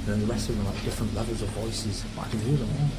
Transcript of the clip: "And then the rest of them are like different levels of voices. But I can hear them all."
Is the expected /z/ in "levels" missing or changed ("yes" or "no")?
no